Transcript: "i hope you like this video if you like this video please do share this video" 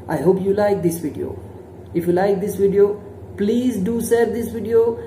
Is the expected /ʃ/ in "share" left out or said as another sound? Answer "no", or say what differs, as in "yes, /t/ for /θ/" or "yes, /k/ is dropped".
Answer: yes, /s/ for /ʃ/